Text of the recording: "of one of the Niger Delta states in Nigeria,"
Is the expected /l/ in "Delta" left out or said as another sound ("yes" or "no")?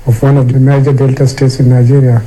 no